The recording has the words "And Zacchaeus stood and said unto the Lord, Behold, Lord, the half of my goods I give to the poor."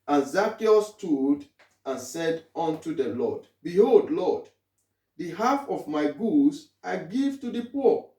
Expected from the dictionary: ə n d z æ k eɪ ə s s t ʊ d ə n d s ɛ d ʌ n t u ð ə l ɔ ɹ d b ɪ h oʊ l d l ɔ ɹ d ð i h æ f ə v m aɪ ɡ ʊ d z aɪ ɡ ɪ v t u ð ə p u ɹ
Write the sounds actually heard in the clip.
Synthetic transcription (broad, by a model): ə n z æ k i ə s s t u d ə n s ɛ d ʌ n t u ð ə l ɔ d b ɪ h oʊ l d l ɔ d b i h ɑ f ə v m aɪ ɡ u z aɪ ɡ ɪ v t u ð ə p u